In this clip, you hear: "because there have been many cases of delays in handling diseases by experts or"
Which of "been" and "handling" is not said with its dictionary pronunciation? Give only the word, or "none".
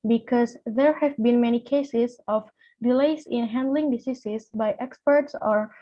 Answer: none